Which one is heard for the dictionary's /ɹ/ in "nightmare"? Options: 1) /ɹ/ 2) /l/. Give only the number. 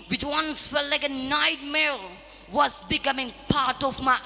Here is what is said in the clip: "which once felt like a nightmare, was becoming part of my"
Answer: 2